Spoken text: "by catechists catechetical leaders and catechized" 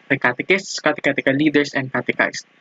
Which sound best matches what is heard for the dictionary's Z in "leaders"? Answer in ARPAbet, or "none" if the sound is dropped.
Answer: S